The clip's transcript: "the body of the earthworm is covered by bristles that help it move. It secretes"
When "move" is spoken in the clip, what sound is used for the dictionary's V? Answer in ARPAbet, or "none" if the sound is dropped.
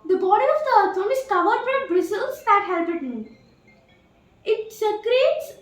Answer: none